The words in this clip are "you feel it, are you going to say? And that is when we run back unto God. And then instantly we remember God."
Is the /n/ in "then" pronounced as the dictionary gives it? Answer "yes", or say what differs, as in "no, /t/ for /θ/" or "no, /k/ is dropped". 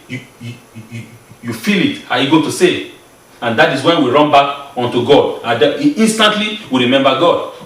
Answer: no, /n/ is dropped